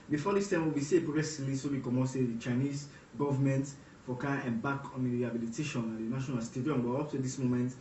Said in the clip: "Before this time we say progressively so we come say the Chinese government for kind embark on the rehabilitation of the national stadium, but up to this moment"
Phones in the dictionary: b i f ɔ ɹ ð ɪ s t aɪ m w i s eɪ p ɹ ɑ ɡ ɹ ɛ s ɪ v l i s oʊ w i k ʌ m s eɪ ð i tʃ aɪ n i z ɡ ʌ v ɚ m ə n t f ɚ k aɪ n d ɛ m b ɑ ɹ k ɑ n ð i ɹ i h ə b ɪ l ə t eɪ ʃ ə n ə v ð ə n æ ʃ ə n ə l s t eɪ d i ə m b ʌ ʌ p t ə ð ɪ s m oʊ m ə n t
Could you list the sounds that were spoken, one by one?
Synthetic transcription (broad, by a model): b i f ɔ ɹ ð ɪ s t aɪ m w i s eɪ p ɹ ɑ ɡ ɹ ɛ s ɪ v l i s oʊ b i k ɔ m s eɪ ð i tʃ aɪ n i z ɡ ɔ v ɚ m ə n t f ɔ k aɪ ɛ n b ɑ k ɑ n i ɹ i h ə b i l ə t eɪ ʃ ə n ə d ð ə n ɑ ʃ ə n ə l s t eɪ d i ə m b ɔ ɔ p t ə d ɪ s m oʊ m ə n t